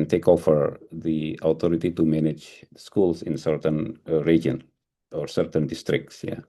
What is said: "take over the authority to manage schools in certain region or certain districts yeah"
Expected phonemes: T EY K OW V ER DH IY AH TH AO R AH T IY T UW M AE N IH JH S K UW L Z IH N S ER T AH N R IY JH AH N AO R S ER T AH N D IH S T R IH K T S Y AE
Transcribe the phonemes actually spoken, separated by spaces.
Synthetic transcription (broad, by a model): T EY K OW F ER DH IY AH T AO R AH T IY T UW M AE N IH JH S K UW L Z IH N S ER T AH N R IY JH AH N AO R S ER T AH N D IH S T R IH K T S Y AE